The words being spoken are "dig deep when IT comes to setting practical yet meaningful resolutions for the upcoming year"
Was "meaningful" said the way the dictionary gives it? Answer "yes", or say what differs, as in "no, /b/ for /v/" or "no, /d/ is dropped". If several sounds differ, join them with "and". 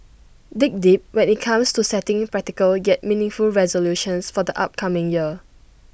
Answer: yes